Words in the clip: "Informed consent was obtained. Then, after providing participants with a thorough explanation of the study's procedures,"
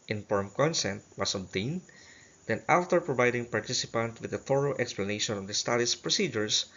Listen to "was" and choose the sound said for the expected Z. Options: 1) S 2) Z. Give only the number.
1